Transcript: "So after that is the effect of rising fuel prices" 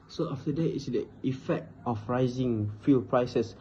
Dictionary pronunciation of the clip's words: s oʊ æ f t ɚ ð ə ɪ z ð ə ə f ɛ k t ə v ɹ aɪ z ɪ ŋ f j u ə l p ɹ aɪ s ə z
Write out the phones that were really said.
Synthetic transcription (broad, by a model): s oʊ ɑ f t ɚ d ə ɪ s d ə ə f ɛ k t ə f ɹ aɪ z ɪ ŋ f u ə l p ɹ aɪ s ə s